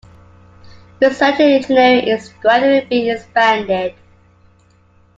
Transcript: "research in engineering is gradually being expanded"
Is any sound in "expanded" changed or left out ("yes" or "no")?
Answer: yes